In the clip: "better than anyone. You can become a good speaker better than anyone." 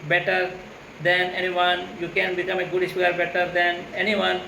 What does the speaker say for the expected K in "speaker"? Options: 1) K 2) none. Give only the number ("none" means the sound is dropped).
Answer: 2